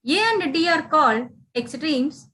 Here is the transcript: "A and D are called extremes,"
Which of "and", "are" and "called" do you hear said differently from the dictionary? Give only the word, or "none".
called